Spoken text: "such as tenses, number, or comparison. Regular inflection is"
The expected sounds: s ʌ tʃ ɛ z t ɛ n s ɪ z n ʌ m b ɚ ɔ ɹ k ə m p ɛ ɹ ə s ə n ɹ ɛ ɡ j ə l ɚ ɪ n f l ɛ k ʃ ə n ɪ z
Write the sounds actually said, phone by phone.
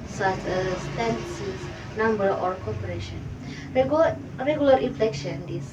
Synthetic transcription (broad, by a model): s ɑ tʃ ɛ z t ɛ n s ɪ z n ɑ m b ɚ ɔ ɹ k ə p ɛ ɹ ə ʃ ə n ɹ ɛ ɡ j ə l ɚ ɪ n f l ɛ k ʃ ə n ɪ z